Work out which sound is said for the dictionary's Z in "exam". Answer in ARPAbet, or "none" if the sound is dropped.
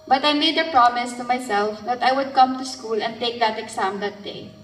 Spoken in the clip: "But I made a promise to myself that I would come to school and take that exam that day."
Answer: S